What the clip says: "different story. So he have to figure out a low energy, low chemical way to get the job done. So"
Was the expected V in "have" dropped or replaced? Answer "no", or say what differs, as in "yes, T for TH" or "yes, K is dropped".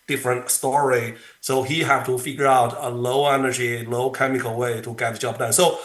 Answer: yes, F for V